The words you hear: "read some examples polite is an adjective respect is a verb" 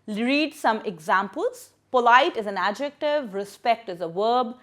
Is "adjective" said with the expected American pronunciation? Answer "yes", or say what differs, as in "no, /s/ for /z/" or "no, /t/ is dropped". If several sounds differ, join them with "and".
yes